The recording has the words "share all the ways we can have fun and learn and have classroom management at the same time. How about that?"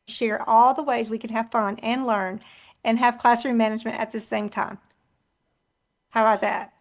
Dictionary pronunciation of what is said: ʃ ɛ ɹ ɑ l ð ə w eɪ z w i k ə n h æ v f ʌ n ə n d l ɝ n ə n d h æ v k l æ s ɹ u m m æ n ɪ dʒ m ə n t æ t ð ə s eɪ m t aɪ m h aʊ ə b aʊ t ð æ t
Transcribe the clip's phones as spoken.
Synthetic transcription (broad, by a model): ʃ ɛ ɹ ɑ l ð ə w eɪ z w i k ə n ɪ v f ʌ n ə n l ɝ n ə n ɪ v k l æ s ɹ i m m æ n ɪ dʒ m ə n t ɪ t ð ə s eɪ m t aɪ m h aʊ ə b aʊ t ð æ t